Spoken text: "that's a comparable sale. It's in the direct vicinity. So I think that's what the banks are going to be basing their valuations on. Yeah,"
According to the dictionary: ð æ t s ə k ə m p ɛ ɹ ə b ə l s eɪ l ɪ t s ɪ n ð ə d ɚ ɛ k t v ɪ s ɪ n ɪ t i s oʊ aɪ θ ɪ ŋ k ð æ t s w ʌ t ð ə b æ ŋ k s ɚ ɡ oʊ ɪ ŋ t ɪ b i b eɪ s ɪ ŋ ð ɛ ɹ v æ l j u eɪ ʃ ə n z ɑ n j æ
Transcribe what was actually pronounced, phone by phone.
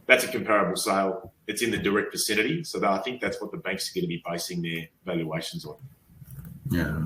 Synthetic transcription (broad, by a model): ð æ t s ə k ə m p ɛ ɹ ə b l s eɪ l ɪ t s ɪ n ð ə d ɚ ɛ k t f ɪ s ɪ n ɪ t i s oʊ aɪ θ ɪ ŋ k ð æ t s w ʌ t ð ə b æ ŋ k s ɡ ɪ t ɪ b i b eɪ s ɪ ŋ ð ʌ ɹ v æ l j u eɪ ʃ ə n z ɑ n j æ